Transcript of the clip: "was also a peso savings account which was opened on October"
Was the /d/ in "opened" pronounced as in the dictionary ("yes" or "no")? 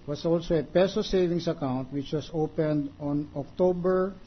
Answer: yes